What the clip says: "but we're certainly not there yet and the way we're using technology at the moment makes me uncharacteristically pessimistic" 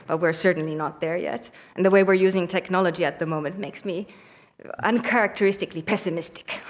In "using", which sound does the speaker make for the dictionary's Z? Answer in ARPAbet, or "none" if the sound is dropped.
Z